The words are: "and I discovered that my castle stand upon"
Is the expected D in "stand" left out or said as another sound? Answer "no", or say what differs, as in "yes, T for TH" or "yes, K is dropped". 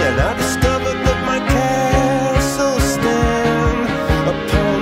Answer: yes, D is dropped